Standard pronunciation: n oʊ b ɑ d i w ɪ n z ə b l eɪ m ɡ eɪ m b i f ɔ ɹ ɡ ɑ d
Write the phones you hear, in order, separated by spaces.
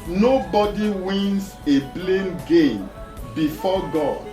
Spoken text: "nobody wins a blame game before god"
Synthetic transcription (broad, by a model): n oʊ b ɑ d i w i n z ə b l eɪ m ɡ eɪ m b i f ɔ ɡ ɑ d